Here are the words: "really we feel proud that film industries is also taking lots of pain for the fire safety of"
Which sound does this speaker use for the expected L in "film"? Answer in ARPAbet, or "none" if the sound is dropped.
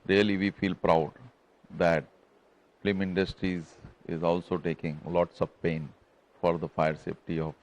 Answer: none